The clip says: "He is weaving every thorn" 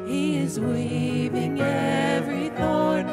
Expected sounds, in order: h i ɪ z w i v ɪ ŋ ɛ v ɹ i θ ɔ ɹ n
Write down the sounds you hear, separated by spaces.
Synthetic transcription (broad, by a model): h i ɪ z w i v ɪ ŋ ɛ v ɹ i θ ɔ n